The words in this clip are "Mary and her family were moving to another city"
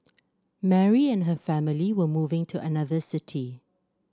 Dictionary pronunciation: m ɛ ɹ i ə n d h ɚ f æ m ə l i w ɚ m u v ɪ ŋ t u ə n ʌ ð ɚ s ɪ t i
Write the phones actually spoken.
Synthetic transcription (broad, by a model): m ɛ ɹ i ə n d h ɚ f æ m ə l i w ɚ m u v ɪ ŋ t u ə n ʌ ð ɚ s ɪ t i